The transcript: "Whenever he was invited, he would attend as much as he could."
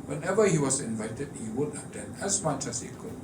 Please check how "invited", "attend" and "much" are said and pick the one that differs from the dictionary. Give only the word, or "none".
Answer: attend